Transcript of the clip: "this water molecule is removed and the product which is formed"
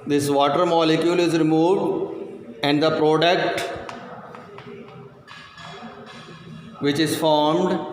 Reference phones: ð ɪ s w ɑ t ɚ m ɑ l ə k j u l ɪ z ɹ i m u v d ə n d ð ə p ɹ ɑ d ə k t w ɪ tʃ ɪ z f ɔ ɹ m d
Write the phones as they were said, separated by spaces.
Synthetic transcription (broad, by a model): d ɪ s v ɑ t ɚ m ɑ l ə k j u l ɪ z ɹ i m u v d ə n d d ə p ɹ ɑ d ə k t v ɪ tʃ ɪ z f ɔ ɹ m d